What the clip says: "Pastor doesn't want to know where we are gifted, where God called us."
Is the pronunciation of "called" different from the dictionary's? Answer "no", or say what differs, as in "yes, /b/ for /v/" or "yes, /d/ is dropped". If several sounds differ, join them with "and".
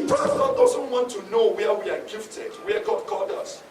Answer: yes, /l/ is dropped